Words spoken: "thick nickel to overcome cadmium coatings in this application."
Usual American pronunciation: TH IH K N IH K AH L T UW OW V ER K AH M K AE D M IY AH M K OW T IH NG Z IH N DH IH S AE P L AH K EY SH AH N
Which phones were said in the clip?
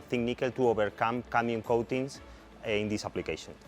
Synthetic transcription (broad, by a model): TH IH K N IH K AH L T UW OW B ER K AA M K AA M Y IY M K OW T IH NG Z IH N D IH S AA P L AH K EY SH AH N